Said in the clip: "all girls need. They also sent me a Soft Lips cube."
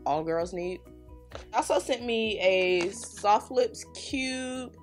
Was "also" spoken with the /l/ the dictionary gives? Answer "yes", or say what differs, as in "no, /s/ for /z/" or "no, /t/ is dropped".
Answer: no, /l/ is dropped